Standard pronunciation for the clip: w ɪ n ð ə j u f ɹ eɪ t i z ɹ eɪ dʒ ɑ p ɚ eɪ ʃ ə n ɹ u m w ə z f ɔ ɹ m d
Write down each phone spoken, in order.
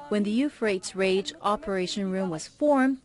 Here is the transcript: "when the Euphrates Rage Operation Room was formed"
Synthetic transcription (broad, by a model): w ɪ n ð ə j u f ɹ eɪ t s ɹ eɪ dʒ ɑ p ɚ eɪ ʃ ə n ɹ u m w ə z f ɔ ɹ m